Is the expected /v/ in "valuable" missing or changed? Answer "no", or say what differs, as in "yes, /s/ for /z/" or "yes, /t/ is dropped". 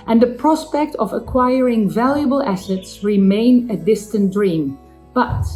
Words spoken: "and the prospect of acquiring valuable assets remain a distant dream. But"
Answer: no